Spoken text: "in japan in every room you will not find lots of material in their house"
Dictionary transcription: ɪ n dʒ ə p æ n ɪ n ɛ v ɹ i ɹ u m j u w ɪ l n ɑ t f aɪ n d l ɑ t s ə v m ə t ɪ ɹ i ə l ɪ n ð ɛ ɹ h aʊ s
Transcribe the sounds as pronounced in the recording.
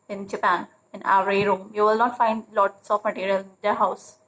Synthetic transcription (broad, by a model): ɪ n dʒ ə p æ n ɪ n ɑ ɹ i ɹ u m j u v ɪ l n ɑ t f aɪ n d l ɑ t s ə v m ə t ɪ ɹ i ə l ɪ n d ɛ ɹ h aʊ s